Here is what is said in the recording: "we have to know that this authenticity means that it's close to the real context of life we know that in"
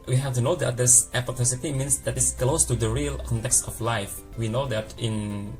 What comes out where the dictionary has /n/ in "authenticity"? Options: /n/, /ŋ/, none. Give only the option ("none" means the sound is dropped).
none